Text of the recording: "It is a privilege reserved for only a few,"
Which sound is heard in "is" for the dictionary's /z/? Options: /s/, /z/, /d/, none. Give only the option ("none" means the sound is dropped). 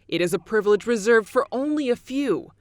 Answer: /z/